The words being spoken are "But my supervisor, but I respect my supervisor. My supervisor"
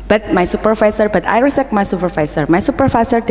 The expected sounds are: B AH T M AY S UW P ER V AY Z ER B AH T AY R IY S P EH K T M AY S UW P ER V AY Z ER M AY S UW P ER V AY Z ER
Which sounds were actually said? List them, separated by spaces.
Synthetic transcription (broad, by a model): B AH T M AY S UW P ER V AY S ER B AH T AY R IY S EH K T M AY S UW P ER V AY S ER M AY S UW P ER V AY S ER